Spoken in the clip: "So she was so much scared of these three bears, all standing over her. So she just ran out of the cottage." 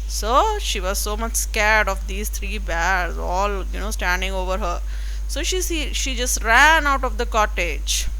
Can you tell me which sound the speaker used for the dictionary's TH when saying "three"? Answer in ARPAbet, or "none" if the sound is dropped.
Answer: T